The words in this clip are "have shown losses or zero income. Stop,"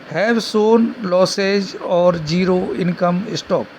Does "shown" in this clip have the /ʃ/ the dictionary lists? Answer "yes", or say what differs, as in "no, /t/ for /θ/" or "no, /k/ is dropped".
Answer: no, /s/ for /ʃ/